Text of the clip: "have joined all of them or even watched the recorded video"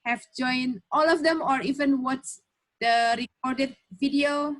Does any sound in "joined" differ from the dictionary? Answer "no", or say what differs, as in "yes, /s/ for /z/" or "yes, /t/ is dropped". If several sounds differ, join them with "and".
yes, /d/ is dropped